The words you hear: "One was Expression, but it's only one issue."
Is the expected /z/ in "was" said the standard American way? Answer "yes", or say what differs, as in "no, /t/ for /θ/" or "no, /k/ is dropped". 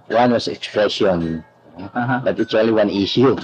no, /s/ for /z/